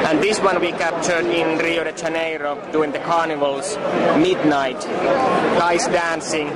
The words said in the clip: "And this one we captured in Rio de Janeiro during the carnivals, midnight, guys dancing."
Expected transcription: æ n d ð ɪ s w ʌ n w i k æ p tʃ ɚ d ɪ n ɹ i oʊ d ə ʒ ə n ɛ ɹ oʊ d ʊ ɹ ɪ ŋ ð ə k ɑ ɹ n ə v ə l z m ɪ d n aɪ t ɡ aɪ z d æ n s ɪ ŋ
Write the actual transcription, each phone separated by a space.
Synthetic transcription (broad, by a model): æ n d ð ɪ s w ʌ n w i k æ p tʃ ɚ d ɪ n ɹ i oʊ d ə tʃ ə n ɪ ɹ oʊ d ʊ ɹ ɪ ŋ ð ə k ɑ ɹ n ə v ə l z m ɪ d n aɪ t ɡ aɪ s d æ n s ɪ ŋ